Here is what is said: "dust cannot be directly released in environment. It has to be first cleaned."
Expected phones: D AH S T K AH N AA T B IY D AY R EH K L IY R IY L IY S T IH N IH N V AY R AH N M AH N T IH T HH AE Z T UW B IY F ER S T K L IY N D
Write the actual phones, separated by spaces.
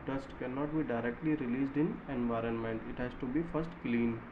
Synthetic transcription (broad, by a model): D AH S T K AH N AA T B IY D AY R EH K L IY R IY L IY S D IH N IH N V AY R AH N M AH N T IH T HH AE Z T UW B IY F ER S T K L IY N